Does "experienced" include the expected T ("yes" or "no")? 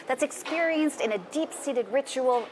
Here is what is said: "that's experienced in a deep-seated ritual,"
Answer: yes